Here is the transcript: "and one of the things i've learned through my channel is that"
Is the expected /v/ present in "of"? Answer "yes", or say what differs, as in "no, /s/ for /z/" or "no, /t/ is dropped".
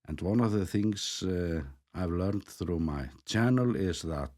yes